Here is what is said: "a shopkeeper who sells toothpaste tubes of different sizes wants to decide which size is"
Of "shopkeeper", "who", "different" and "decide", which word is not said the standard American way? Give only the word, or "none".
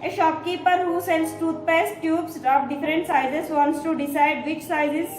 none